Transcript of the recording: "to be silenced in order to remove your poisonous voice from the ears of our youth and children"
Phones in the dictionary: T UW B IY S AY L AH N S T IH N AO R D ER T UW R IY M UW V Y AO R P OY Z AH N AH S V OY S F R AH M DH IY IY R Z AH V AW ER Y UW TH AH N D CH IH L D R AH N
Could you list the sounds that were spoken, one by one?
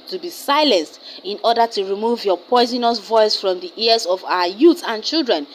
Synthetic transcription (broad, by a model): T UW B IY S AY L AH N S T IH N AO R D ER T UW R IY M UW V Y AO P OY Z AH N AH S V OY S F R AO M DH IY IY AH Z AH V AW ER Y UW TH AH N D CH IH L D R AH N